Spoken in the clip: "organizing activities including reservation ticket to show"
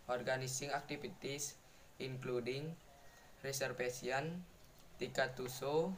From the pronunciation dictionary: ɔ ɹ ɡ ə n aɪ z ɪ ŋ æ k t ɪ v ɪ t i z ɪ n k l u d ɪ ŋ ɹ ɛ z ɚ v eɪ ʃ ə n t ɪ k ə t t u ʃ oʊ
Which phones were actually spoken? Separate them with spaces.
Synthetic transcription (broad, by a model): ɔ ɹ ɡ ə n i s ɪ ŋ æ k t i f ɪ t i s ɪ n k l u d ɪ ŋ ɹ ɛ s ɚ f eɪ s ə n t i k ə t t u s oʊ